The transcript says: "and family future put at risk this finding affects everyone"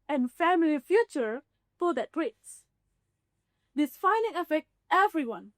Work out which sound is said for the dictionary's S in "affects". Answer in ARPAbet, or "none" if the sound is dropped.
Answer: none